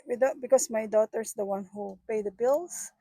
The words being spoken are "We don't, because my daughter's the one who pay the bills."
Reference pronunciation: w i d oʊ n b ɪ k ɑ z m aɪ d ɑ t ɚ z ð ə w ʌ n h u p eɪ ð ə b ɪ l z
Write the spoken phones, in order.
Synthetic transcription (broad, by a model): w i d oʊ b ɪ k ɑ s m aɪ d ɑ t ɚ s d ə w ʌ n h u p eɪ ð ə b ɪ l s